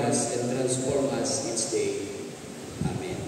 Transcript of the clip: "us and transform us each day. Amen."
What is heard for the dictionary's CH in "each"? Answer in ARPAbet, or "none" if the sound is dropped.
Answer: S